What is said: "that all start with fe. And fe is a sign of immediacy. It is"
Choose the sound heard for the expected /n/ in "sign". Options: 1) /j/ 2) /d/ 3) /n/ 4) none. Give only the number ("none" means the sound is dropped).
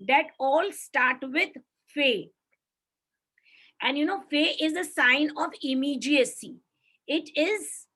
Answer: 3